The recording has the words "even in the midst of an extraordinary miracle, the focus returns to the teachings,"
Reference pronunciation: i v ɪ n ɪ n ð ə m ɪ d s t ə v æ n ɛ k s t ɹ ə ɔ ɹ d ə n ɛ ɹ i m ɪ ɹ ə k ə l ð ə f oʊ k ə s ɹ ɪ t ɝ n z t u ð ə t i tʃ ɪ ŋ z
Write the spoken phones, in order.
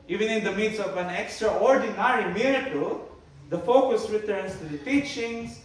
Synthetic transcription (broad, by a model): i v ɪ n ɪ n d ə m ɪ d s ə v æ n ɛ k s t ɹ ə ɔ ɹ d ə n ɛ ɹ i m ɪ ɹ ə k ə l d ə f oʊ k ə s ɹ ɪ t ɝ n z t u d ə t i tʃ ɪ ŋ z